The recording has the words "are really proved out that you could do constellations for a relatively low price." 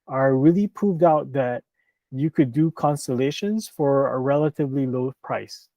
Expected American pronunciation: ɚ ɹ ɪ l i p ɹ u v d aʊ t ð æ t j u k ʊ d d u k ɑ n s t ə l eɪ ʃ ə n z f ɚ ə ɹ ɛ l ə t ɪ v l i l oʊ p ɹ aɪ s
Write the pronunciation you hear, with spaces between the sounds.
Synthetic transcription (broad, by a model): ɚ ɹ ɪ l i p ɹ u v d aʊ t ð æ t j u k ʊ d d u k ɑ n s t ə l eɪ ʃ ə n z f ɚ ə ɹ ɛ l ə t ɪ v l i l oʊ p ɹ aɪ s